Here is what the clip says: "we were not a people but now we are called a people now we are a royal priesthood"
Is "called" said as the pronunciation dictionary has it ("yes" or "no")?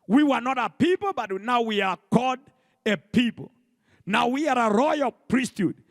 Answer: no